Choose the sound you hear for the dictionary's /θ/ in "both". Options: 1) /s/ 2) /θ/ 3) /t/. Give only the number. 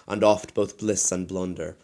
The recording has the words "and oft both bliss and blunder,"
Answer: 2